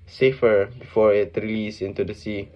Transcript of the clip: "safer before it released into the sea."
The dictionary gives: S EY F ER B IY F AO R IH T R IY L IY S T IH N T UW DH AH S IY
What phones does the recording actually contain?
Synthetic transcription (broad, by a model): S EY F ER B IY F AO R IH T R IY L IY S IH N T UW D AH S IY